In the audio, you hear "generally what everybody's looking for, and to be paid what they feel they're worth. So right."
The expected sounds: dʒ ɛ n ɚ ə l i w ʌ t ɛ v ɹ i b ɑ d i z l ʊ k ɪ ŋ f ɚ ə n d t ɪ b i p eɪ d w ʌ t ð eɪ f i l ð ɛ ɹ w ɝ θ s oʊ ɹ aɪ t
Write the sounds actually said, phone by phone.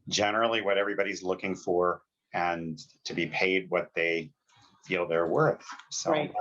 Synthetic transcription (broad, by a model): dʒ ɛ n ɚ l i w ʌ t ɛ v ɹ i b ɑ d i z l ʊ k ɪ ŋ f ɚ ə n t ɪ b i p eɪ d w ʌ t ð eɪ f i l ð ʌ ɹ w ɝ θ s oʊ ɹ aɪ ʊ